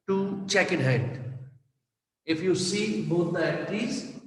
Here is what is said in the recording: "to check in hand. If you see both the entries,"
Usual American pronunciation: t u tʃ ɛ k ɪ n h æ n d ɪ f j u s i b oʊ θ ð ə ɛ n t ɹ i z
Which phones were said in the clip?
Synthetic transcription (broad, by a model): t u tʃ ɛ k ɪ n h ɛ d ɪ f j u s i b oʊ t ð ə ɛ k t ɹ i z